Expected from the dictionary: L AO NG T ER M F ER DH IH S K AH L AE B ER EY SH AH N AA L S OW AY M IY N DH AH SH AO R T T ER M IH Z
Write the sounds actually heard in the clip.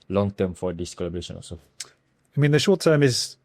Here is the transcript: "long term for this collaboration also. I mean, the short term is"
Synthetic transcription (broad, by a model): L AO NG T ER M F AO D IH S K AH L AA B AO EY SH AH N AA S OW AY M IY N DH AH SH AO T T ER M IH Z